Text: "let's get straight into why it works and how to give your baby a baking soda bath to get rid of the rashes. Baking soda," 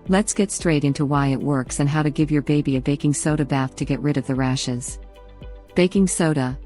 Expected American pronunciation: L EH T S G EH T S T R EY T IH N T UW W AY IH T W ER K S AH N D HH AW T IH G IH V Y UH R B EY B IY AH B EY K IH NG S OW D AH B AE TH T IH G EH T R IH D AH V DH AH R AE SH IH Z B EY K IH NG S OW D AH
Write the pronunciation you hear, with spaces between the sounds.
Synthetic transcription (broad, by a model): L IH T S G EH T S T R EY T IH N T UW W AY IH T W ER K S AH N HH AW T IH G IH V Y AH R B EY B IY AH B EY K IH NG S OW D AH B AE TH T IH G EH T R IH D AH V DH AH R AE SH IH Z B EY K IH NG S OW D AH